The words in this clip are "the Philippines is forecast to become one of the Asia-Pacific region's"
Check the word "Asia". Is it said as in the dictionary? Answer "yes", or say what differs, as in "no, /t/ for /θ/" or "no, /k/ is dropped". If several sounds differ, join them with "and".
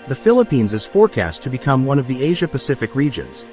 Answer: yes